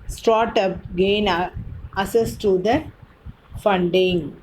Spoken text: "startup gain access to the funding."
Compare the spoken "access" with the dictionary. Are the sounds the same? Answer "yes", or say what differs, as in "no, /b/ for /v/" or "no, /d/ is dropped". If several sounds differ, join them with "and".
no, /k/ is dropped